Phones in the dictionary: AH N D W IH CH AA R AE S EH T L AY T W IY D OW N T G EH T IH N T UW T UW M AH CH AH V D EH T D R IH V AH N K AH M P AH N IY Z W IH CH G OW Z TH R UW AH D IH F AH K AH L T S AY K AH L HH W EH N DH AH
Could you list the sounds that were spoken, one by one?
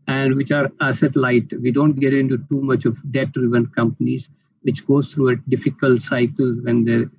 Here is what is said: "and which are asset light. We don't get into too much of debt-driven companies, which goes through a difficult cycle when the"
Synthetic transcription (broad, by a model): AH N D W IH CH AA R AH S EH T L AY T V IY D OW N T G EH T IH N T UW T UW M AH CH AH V D EH T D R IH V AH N K AH M P AH N IY Z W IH CH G OW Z T R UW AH D IH F AH K AH L T S AY K AH L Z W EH N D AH